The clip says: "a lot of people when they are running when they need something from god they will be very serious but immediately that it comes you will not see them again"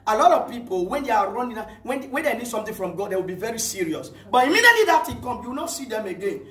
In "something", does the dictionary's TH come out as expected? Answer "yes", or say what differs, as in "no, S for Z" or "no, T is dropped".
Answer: no, T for TH